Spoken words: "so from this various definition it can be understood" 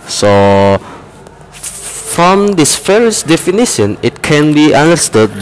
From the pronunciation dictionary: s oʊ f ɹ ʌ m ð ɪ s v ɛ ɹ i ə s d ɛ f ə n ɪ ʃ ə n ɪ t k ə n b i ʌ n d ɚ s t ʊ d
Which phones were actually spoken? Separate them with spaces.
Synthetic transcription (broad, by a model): s oʊ f ɹ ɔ m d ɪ s f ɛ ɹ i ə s d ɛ f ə n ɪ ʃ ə n ɪ t k ə n b i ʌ n d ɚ s t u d